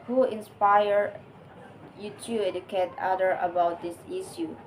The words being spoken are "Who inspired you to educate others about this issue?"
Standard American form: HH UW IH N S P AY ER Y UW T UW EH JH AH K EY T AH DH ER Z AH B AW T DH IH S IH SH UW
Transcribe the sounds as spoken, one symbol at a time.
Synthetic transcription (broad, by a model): HH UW IH N S P AY ER Y UW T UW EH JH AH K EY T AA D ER AH B AW T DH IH S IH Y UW